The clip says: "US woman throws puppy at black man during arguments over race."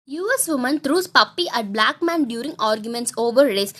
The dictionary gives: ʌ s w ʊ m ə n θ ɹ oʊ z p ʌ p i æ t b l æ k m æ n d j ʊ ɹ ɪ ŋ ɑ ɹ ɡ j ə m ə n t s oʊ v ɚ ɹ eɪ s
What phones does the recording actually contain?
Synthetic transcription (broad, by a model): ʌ s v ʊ m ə n t ɹ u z p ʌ p i æ t b l æ k m æ n d j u ɹ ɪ ŋ ɑ ɹ ɡ j ə m ə n t s oʊ v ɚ ɹ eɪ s